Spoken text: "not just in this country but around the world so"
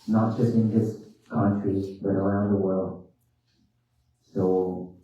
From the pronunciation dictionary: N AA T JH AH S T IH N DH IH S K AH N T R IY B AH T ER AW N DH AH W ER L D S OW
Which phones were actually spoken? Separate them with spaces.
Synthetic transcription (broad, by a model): N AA T JH AH S T IH N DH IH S K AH N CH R IY B AH T ER AW N DH AH W ER L D S OW